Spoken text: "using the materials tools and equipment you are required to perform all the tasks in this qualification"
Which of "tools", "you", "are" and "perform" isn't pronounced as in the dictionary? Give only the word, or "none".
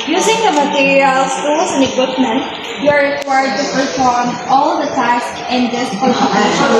tools